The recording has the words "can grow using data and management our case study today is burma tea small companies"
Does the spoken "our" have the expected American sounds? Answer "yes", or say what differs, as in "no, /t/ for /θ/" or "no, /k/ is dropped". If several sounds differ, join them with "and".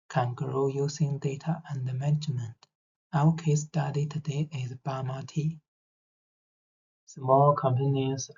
no, /w/ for /ɹ/